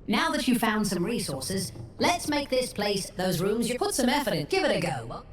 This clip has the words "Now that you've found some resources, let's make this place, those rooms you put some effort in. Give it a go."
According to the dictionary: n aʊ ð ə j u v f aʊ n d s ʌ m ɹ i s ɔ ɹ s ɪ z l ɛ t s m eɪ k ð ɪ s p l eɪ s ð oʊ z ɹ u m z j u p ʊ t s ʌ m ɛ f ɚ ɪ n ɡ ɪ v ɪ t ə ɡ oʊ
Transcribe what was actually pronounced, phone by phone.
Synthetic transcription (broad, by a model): n aʊ ð ə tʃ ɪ f aʊ n d s ʌ m ɹ i s ɔ ɹ s ɪ z l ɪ t s m eɪ k ð ɪ s p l eɪ s ð oʊ z ɹ u m z j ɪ p ʊ t s ʌ m ɛ f ɚ ɪ n ɡ ɪ v ɪ t ə ɡ oʊ